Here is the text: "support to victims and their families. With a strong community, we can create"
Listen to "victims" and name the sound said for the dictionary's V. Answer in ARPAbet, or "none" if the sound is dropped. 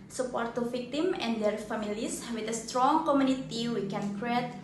F